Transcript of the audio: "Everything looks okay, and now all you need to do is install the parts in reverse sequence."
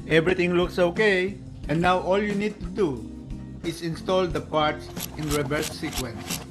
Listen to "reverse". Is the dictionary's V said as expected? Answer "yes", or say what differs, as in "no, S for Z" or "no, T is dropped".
no, B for V